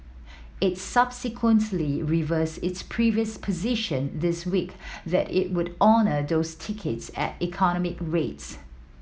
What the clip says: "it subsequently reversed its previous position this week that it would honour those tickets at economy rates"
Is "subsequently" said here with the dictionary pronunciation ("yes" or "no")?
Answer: yes